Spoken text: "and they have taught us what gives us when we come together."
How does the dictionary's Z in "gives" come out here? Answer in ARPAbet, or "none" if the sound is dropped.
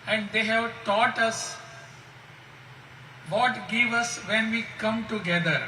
none